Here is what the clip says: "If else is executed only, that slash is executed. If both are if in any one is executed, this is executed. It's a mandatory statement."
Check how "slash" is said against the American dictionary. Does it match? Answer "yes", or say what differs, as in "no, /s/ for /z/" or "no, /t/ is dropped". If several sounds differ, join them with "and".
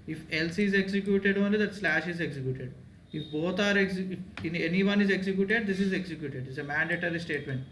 yes